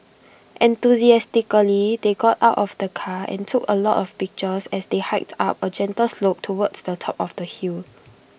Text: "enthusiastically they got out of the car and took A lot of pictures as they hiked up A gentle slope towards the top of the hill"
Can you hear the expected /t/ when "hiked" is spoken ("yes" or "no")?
yes